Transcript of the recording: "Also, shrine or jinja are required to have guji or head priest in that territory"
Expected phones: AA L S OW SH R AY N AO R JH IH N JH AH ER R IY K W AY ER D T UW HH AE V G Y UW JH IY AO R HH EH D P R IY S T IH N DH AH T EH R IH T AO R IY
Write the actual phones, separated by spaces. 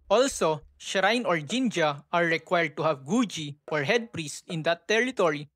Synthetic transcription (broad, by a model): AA L S OW SH R AY N AO R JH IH N JH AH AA R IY K W AY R D T UW HH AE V G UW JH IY AO R HH EH D P R IY S T IH N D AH T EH R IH T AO R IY